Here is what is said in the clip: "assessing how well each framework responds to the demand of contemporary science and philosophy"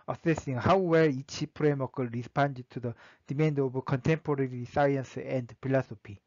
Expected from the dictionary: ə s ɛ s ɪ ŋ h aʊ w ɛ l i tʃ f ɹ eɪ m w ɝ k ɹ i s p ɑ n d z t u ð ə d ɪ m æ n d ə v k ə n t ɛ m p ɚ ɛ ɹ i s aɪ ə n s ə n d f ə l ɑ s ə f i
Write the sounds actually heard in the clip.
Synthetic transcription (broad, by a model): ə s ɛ s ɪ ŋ h aʊ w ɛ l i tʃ p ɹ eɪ m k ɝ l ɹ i s p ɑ n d t u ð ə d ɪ m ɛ n d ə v k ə n t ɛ m p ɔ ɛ ɹ i s aɪ ə n s ə n d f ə l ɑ s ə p i